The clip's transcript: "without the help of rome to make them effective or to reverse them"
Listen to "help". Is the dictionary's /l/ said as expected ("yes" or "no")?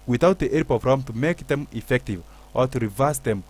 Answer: no